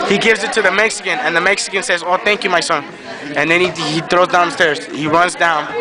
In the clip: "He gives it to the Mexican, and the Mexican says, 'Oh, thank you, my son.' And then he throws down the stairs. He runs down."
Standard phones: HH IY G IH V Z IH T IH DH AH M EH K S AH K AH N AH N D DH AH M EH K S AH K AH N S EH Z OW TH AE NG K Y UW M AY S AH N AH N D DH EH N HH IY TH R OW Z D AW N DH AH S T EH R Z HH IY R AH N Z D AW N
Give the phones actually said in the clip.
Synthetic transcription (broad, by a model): HH IY G IH V Z IH T IH DH AH M EH K S AH K AH N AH N DH AH M EH K S AH K AH N S EH Z OW TH AE NG K Y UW M AY S AH N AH N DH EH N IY IY TH R OW Z D AW N S T EH R Z HH IY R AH N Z D AW N